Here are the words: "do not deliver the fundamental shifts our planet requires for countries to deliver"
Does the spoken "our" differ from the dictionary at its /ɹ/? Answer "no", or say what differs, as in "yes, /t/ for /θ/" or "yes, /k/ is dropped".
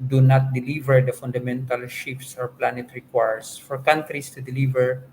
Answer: no